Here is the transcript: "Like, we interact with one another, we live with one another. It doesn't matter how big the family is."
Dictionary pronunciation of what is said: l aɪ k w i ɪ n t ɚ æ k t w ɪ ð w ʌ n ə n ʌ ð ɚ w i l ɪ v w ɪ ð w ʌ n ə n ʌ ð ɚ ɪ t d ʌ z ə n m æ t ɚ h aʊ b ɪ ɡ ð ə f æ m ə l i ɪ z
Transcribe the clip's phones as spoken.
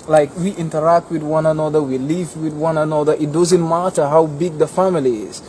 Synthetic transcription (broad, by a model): l aɪ k w i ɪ n t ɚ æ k t w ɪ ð w ʌ n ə n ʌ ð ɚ w i l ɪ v w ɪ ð w ʌ n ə n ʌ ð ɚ ɪ t d ʌ z ə n m æ t ɚ h aʊ b ɪ ɡ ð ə f æ m ə l i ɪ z